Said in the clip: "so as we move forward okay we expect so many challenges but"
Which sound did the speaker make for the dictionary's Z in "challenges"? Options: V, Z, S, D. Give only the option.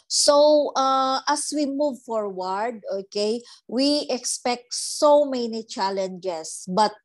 S